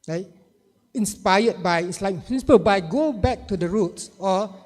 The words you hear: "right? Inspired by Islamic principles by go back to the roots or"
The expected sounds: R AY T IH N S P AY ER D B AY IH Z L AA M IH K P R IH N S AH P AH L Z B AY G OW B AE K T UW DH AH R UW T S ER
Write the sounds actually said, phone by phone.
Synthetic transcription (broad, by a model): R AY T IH N S P AY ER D B AY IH S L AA IH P R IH N S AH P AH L B AY G OW B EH K T UW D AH R UW T S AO